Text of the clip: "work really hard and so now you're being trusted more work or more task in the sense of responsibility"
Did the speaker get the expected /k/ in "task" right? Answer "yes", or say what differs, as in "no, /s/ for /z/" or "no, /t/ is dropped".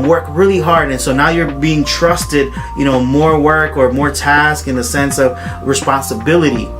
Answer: yes